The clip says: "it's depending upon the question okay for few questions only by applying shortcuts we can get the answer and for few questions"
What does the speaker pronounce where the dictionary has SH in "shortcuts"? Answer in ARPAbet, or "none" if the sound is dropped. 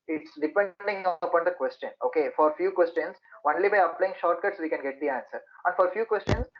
SH